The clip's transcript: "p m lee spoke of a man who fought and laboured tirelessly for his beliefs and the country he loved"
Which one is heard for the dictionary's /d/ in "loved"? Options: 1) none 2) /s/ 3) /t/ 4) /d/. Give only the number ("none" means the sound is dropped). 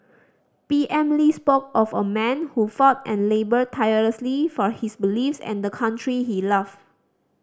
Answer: 1